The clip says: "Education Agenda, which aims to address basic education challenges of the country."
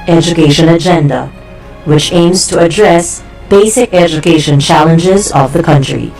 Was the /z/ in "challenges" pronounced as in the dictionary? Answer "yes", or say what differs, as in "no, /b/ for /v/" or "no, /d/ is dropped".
yes